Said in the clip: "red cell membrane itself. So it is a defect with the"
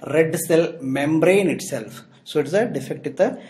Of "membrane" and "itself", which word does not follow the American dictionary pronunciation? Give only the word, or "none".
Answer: none